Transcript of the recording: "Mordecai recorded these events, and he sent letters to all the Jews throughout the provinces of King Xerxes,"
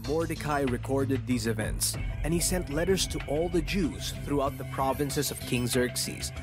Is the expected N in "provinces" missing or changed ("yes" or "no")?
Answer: no